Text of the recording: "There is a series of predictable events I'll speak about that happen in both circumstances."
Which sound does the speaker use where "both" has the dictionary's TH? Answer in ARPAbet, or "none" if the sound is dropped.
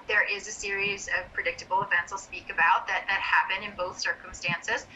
TH